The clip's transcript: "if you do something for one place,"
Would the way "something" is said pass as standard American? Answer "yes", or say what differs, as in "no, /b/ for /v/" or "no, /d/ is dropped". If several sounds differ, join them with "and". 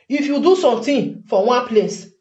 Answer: no, /t/ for /θ/